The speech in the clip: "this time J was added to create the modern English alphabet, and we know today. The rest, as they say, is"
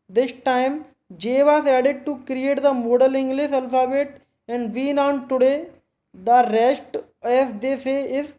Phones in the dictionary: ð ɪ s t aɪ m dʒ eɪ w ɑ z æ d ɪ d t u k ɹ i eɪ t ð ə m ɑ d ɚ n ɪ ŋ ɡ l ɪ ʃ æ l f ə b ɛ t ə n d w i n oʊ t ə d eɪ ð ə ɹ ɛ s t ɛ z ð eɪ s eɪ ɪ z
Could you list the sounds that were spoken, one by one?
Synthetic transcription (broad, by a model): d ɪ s t aɪ m dʒ eɪ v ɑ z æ d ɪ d t u k ɹ i eɪ t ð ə m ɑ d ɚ l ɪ ŋ ɡ l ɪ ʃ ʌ l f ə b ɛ t ə n d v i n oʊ t ə d eɪ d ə ɹ ɛ s t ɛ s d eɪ s eɪ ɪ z